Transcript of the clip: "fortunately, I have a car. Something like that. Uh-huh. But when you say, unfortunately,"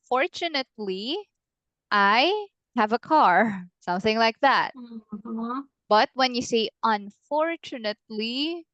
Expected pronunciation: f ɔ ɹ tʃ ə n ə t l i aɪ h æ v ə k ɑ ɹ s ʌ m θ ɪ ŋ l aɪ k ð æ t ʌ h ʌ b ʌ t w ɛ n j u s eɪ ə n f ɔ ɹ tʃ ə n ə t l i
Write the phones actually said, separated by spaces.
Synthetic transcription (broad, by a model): f ɔ ɹ tʃ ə n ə t l i aɪ h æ v ə k ɑ ɹ s ʌ m θ ɪ ŋ l aɪ k ð æ t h b ʌ t w ɛ n j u s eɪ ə n f ɔ ɹ tʃ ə n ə t l i